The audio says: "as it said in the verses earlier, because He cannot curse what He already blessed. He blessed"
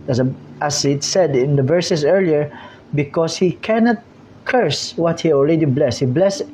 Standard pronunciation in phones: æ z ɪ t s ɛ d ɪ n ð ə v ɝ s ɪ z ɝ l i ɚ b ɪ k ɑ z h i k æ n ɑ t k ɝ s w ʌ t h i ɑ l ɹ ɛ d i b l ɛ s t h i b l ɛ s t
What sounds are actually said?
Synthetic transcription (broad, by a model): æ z ɪ t s ɛ d ɪ n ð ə v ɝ s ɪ s ɝ l i ɚ b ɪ k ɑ s h i k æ n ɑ t k ɝ s w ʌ t h i ɑ l ɹ ɛ d i b l ɛ s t h i b l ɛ s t